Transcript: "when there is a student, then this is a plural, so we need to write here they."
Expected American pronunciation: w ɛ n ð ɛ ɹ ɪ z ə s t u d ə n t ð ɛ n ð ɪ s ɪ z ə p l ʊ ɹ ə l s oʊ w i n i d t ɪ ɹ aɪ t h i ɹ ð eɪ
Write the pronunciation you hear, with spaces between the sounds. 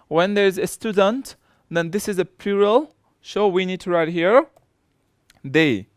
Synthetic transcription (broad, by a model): w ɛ n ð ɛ ɹ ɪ z ə s t u d ə n t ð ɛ n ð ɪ s ɪ z ə p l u ɹ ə l ʃ oʊ w i n i d t ɪ ɹ aɪ t h i ɹ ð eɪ